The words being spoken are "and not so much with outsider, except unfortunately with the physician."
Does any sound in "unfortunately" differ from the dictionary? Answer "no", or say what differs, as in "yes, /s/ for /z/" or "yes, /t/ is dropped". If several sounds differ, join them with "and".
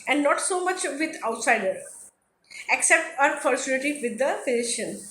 yes, /s/ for /tʃ/ and /l/ is dropped